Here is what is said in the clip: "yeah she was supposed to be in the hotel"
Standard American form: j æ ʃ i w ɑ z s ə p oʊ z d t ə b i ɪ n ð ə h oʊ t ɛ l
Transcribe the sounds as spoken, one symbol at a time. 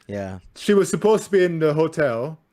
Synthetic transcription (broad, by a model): j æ ʃ i w ɑ z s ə p oʊ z t ə b i ɪ n ð ə h oʊ t ɛ l